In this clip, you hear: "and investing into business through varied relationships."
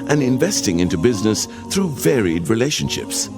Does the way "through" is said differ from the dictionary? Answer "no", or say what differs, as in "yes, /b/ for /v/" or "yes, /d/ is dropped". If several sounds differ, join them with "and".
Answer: no